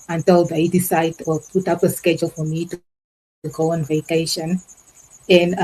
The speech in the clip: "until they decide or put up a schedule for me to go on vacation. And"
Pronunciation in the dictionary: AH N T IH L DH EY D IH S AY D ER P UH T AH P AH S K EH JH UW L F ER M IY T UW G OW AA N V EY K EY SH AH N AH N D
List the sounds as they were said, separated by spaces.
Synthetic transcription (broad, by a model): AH N T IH L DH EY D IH S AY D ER P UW T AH P AH S K EH JH UW L F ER M IY T UW G OW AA N V EY K EY SH AH N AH N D